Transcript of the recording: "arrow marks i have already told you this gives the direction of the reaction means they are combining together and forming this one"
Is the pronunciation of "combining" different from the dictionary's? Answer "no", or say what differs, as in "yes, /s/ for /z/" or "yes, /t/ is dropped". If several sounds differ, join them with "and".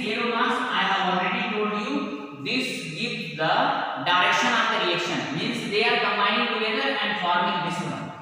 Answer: yes, /n/ is dropped